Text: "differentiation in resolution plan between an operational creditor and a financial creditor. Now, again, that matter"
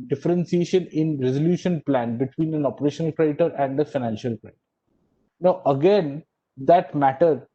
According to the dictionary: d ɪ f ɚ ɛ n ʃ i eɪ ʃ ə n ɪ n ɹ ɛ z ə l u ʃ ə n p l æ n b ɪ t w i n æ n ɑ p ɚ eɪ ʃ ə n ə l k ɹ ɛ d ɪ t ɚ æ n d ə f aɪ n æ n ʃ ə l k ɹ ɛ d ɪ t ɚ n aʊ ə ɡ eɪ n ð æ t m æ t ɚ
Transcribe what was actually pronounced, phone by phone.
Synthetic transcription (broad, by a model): d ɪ f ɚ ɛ n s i eɪ ʃ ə n ɪ n ɹ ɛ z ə l u ʃ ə n p l æ n b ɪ t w i n æ n ɑ p ɚ eɪ ʃ ə n ə l k ɹ ɛ d ɪ t ɚ æ n d ə f aɪ n æ n ʃ ə l k ɹ ɛ d ɪ t ɚ n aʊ ə ɡ eɪ n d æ t m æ t ɚ